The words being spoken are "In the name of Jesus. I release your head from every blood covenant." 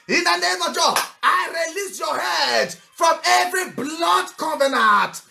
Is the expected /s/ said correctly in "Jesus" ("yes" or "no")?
no